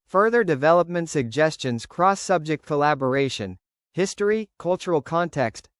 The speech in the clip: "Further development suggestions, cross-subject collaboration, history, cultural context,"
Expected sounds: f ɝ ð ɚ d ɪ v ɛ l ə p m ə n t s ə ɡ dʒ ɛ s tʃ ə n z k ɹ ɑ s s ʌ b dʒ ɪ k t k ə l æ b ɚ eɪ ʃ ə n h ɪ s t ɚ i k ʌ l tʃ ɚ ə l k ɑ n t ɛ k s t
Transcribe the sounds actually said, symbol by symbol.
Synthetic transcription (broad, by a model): f ɝ ð ɚ d ɪ v ɛ l ə p m ə n t s ə ɡ dʒ ɛ s tʃ ə n z k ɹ ɑ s s ʌ b dʒ ɪ k t k ə l æ b ɚ eɪ ʃ ə n h ɪ s t ɚ i k ʌ l tʃ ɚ l k ɑ n t ɛ k s t